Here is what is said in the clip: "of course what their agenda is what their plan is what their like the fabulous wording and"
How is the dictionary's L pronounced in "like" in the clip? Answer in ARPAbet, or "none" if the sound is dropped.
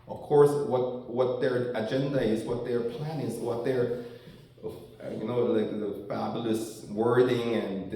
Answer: W